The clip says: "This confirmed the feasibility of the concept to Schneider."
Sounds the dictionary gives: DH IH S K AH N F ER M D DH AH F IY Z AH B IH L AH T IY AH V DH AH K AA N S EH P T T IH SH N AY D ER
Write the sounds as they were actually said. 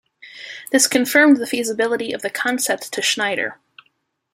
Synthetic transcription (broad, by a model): DH IH S K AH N F ER M DH AH F IY Z AH B IH L AH T IY AH V DH AH K AA N S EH P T T IH SH N AY D ER